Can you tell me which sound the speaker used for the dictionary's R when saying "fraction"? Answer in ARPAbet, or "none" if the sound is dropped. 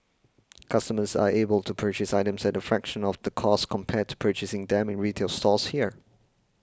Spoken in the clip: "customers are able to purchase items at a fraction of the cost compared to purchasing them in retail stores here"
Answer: R